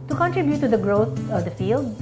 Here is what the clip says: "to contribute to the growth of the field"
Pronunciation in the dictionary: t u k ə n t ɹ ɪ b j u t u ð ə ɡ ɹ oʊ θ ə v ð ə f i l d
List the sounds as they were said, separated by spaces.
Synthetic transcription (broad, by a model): t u k ə n t ɹ ɪ b j u t u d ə ɡ ɹ oʊ t ə v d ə f i l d